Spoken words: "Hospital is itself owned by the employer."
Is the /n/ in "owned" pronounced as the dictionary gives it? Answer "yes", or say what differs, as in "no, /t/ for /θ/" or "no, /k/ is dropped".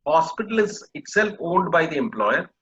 no, /l/ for /n/